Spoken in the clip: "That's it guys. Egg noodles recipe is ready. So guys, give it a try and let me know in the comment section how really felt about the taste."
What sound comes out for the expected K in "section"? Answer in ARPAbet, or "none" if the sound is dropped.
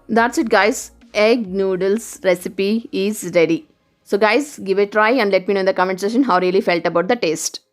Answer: none